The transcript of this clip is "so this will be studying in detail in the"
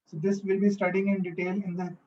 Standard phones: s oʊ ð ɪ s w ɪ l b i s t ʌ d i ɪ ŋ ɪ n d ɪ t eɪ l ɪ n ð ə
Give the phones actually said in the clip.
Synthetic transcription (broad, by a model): s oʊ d ɪ s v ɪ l b i s t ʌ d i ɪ ŋ ɪ n d ɪ t eɪ l ɪ n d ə